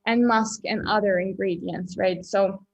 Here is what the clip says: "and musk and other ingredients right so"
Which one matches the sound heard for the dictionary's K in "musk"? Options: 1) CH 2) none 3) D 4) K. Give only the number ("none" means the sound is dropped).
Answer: 4